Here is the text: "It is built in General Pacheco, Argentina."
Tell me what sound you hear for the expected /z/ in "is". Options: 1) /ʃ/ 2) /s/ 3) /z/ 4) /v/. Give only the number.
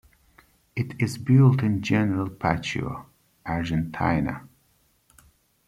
3